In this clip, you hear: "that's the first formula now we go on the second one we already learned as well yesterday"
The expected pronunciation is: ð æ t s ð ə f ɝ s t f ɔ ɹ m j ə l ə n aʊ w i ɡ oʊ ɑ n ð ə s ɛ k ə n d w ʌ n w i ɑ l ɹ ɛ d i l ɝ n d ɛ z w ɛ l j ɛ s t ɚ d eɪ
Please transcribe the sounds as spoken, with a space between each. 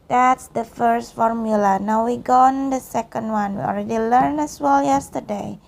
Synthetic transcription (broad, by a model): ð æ t s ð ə f ɝ s t f ɔ ɹ m j ə l ə n aʊ w i ɡ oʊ ɑ n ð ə s ɛ k ə n d w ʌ n w i ɑ l ɹ ɛ d i l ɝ n ɛ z w ɛ l j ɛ s t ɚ d eɪ